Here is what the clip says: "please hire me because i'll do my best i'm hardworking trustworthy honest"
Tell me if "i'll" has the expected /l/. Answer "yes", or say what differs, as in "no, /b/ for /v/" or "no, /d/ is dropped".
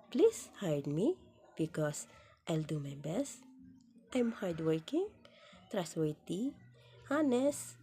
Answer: yes